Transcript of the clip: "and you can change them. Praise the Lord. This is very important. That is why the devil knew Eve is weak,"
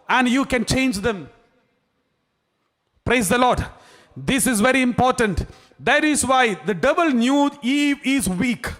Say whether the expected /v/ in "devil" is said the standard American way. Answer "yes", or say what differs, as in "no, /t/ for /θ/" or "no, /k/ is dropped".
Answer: no, /b/ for /v/